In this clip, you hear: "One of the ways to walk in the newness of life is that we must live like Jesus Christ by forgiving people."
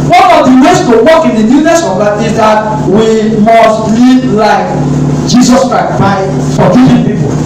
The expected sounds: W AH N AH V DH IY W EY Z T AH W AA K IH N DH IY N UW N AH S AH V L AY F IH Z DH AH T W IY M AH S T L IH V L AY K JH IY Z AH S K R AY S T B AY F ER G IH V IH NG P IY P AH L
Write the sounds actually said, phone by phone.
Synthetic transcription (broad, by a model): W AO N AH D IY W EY S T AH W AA K IH N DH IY N UW N AH S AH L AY IH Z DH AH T W IY M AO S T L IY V L AY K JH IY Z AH S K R AY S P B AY F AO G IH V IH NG P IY P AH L